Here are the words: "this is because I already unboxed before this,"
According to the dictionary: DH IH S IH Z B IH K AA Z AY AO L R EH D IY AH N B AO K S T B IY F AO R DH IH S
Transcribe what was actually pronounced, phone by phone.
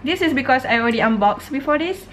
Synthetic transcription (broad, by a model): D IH S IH S B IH K AA S AY AO L R EH D IY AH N B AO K S B IY F AO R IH S